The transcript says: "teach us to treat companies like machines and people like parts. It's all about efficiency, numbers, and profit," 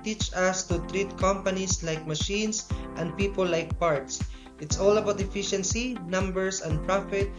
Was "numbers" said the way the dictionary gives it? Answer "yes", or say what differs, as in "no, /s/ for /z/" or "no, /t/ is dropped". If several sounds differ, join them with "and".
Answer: no, /s/ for /z/